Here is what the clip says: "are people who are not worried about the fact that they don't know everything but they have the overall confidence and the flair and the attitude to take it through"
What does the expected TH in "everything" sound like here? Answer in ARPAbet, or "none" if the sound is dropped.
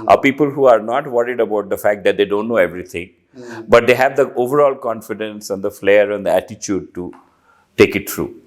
T